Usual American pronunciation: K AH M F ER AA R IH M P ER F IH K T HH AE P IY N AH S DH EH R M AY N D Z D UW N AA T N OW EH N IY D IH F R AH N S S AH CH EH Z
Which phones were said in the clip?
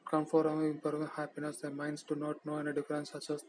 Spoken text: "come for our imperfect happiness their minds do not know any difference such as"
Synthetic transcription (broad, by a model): K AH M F AA R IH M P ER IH T HH AE P IY N AH S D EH M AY N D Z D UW N AA T N OW EH N IY D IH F R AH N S S AH CH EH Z